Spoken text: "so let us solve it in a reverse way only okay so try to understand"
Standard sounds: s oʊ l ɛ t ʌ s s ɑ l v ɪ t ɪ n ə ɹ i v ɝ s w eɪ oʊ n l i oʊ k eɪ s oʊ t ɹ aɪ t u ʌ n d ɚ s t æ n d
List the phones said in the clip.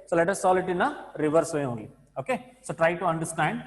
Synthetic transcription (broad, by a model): s oʊ l ɛ t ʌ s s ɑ l ɪ t ɪ n ə ɹ i v ɝ s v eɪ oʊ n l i oʊ k eɪ s oʊ t ɹ aɪ t u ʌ n d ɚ s t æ n d